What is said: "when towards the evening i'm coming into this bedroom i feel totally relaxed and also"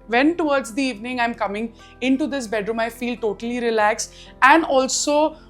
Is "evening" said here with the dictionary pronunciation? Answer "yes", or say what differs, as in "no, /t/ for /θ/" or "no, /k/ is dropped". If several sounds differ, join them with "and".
yes